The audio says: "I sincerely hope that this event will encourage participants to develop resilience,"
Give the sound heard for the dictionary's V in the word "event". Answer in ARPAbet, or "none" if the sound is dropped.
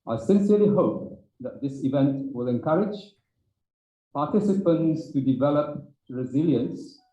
V